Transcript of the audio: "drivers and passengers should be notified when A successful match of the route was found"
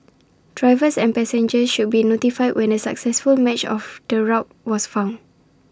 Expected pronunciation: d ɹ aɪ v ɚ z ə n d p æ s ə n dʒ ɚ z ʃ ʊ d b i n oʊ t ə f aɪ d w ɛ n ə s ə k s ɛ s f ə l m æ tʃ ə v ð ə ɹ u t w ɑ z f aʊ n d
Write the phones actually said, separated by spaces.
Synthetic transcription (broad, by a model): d ɹ aɪ v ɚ s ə n p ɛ s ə n dʒ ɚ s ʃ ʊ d b i n oʊ t ə f aɪ d w ɛ n ə s ə k s ɛ s f ə l m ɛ tʃ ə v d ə ɹ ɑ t w ɑ s f aʊ n